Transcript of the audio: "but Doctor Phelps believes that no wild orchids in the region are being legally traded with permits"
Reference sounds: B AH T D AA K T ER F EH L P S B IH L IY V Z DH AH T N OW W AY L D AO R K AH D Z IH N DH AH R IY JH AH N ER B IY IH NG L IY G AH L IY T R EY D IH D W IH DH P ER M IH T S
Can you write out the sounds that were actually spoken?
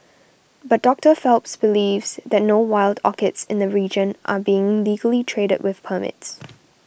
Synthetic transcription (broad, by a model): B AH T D AA K T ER F EH L P S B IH L IY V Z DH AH T N OW W AY L D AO K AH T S IH N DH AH R IY JH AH N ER B IY IH NG L IY G AH L IY T R EY D IH D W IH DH P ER M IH T S